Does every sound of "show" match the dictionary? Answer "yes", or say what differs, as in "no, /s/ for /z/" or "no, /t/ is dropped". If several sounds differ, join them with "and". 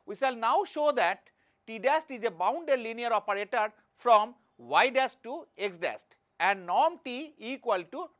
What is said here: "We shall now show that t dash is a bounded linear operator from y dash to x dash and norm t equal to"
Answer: yes